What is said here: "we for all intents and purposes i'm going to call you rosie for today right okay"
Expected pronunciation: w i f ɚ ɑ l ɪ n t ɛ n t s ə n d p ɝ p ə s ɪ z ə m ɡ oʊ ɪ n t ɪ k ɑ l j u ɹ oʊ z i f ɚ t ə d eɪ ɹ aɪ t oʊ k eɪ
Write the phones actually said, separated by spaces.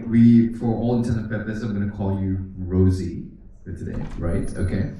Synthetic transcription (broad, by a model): w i f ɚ ɑ l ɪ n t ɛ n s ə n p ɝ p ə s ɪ ə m ɡ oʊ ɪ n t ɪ k ɑ l j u ɹ oʊ z i f ɚ t ə d eɪ ɹ aɪ t oʊ k eɪ